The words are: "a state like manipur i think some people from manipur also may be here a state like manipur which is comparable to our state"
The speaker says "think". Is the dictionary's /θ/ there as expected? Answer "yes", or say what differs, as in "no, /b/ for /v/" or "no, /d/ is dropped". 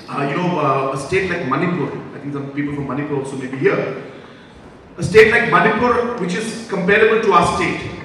no, /t/ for /θ/